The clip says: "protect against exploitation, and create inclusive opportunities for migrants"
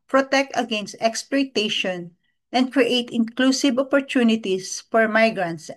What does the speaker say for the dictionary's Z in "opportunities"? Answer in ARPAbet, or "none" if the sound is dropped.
S